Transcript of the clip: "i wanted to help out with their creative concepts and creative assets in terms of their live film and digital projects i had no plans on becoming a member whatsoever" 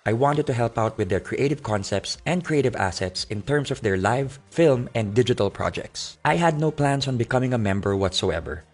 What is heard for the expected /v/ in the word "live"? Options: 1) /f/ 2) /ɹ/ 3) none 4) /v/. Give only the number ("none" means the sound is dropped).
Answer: 4